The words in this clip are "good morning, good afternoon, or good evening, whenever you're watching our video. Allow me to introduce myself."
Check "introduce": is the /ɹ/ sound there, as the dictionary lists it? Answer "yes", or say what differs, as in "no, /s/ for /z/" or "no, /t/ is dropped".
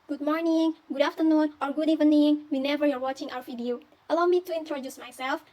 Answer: yes